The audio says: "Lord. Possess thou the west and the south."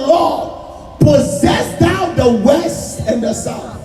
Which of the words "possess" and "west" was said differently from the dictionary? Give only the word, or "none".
none